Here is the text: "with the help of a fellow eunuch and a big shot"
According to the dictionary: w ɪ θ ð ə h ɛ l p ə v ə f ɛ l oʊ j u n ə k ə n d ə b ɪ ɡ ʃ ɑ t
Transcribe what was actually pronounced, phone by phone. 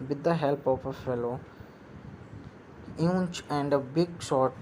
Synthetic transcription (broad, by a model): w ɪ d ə h ɛ l p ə p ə f ɛ l oʊ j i ə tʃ ə n d ə b ɪ ɡ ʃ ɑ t